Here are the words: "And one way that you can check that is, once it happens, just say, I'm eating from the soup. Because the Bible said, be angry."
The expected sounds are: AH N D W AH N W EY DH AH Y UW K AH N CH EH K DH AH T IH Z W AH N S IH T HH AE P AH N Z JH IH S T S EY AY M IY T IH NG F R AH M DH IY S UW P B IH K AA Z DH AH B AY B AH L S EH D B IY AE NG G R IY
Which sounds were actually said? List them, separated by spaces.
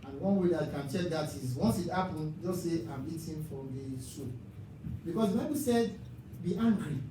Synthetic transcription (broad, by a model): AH N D W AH N W EY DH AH K AH N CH EH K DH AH T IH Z W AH N S IH T HH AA P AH N JH IH S T S EY AY M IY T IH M F R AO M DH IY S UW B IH K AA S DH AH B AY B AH S EH D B IY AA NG G R IY